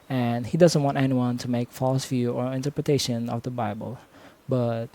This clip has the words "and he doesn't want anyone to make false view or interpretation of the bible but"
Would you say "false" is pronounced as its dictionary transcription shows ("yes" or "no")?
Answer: yes